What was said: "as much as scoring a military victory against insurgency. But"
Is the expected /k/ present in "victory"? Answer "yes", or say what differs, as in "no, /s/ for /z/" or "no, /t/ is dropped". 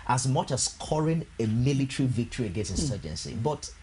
yes